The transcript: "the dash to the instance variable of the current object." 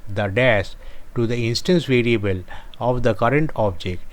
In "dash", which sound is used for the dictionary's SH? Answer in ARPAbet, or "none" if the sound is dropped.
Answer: S